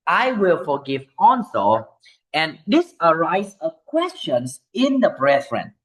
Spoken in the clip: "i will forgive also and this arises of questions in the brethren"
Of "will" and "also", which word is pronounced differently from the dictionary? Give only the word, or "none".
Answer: also